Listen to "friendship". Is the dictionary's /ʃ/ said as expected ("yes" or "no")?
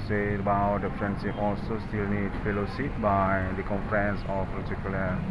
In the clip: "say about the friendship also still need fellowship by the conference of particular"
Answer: no